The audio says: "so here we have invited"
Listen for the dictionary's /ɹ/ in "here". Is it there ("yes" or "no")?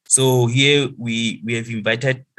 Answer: no